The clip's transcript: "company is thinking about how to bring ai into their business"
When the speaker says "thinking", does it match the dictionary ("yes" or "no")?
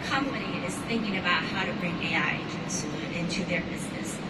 yes